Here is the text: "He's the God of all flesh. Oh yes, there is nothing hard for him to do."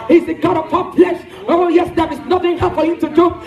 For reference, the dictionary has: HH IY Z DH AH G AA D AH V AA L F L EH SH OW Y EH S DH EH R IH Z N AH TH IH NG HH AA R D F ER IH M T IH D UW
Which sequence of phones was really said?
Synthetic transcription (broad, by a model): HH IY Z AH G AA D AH P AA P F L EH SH OW Y EH S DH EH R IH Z N AH TH IH NG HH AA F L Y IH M T IH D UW